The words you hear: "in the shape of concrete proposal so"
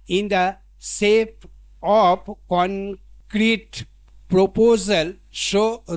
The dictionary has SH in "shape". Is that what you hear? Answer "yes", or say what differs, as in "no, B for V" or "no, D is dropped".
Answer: no, S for SH